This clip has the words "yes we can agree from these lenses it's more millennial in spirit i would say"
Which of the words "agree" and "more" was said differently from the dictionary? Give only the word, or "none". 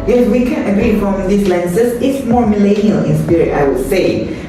none